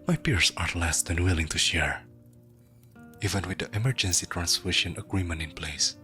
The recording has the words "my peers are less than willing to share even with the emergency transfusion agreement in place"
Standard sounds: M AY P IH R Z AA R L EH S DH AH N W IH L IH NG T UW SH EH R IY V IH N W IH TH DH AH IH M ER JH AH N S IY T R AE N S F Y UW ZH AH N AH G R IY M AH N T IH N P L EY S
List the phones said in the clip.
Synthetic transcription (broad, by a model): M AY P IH R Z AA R L EH S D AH N W IH L IH NG T UW SH EH R IY V IH N W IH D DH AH IH M ER JH AH N S IY T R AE N S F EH SH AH N AH G R IY M AH N T IH N P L EY S